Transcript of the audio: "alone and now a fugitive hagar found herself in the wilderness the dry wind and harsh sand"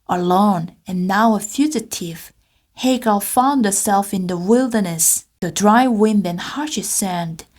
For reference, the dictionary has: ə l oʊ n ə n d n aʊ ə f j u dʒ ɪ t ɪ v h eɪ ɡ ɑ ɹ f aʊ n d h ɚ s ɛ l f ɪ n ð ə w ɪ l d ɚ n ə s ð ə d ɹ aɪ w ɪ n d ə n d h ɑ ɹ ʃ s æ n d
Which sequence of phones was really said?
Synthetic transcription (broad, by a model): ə l oʊ n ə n n aʊ ə f j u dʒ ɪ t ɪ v h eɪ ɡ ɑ l f aʊ n d h ɚ s ɛ l f ɪ n ð ə w ɪ l d ɚ n ə s ð ə d ɹ aɪ w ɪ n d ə n h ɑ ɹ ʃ s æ n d